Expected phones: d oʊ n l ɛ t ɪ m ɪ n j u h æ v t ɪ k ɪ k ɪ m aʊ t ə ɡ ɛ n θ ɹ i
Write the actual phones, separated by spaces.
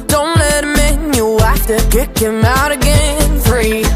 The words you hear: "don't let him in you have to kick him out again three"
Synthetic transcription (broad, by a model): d oʊ n l ɛ t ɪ m ɪ n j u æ f t ɪ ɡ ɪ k ɪ m aʊ t ə ɡ ɛ n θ ɹ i